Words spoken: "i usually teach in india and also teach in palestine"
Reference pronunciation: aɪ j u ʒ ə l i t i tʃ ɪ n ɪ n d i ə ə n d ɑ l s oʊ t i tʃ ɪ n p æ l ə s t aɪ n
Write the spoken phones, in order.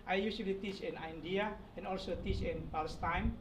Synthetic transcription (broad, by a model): aɪ j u s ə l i t i tʃ ɪ n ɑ n d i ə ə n ɑ l s oʊ t i tʃ ɪ n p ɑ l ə s t aɪ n